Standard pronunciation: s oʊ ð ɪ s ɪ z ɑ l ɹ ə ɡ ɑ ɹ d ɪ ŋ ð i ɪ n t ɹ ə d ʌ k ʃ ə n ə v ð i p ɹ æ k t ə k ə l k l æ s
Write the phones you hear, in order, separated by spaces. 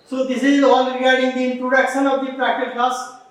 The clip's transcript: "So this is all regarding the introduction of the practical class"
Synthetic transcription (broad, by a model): s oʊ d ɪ s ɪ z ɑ n ɹ ə ɡ ɑ ɹ d ɪ ŋ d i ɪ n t ɹ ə d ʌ k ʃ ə n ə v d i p ɹ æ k t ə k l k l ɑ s